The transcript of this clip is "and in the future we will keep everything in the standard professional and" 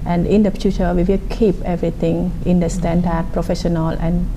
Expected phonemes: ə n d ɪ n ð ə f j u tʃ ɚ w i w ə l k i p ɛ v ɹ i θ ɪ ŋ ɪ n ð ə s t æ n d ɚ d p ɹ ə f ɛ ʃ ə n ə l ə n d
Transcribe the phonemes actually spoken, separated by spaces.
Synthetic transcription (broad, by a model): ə n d ɪ n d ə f j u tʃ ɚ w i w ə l k i p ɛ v ɹ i t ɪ ŋ ɪ n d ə s t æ n d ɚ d p ɹ ə f ɛ ʃ ə n ə l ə n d